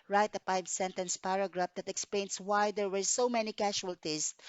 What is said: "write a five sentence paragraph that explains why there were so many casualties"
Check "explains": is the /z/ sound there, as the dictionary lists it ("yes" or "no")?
no